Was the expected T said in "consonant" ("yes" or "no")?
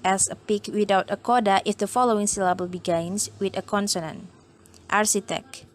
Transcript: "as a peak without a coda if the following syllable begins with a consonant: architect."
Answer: yes